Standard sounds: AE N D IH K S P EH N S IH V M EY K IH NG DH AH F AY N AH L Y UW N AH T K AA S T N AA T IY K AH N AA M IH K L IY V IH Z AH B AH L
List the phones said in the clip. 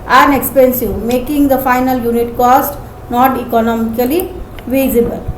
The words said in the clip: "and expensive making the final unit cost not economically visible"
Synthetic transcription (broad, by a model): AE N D IH K S P EH N S IH V M EY K IH NG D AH F AY N AH L Y UW N AH T K AA S T N AA T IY K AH N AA M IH K L IY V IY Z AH B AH L